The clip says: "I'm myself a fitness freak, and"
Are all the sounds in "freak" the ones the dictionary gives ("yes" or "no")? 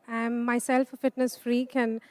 yes